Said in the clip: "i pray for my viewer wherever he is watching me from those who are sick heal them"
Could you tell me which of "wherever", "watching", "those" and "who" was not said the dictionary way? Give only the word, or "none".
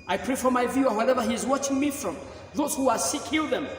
none